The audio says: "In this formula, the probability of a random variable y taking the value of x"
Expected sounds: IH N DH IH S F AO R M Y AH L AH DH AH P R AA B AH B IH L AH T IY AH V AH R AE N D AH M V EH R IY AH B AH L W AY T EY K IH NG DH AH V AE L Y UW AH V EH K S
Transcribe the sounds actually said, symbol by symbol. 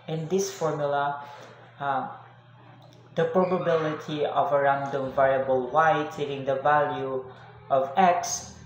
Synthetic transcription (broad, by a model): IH N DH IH S F AO R M Y AH L AH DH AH P R AA B AH B IH L AH T IY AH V AH R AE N D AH M V EH R IY AH B AH L W AY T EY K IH NG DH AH V AE L Y UW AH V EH K S